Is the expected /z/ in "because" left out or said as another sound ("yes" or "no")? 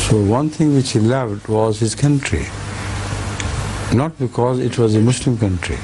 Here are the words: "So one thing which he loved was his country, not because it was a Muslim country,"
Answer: no